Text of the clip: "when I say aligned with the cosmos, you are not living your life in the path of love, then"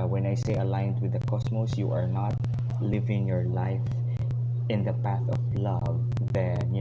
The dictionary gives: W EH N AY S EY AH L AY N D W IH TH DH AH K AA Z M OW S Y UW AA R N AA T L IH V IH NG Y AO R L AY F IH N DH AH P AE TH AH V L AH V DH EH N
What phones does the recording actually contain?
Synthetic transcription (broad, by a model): W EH N AY S EY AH L AY N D W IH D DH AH K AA S M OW S Y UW AA R N AA T L IH V IH NG Y AO R L AY F IH N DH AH P AE TH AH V L AH V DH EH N